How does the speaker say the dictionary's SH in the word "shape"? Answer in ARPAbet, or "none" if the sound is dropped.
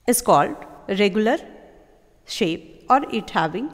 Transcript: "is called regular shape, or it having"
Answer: SH